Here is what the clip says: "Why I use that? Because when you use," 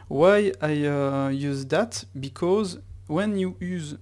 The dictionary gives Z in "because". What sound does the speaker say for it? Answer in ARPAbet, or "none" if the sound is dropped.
Z